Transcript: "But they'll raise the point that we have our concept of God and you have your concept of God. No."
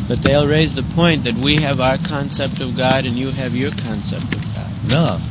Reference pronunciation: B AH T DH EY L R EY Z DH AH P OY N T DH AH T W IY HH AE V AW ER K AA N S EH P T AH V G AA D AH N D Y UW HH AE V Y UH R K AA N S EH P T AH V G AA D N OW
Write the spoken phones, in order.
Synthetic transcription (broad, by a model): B AH T DH EY L R EY Z DH AH P OY N DH AH T W IY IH V AW ER K AA N S EH P T AH V G AA D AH N Y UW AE V Y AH R K AA N S EH P T AH V G AA D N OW